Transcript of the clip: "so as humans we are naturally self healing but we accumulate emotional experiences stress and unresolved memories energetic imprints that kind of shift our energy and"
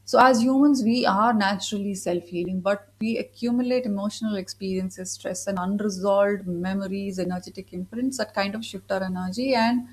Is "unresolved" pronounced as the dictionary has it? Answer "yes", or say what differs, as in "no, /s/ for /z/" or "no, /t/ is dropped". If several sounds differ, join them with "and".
no, /v/ is dropped